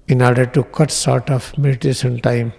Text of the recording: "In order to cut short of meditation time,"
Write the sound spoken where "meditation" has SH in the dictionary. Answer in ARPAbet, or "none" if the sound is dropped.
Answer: S